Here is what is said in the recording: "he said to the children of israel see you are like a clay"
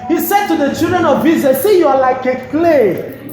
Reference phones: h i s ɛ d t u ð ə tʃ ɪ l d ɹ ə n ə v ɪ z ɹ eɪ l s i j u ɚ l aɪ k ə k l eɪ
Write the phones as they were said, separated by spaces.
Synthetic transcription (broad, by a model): h i s ɛ d t u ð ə tʃ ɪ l d ɹ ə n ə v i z eɪ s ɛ j u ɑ l aɪ k ə k l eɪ